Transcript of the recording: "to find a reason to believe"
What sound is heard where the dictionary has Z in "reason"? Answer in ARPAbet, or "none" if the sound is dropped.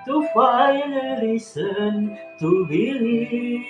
S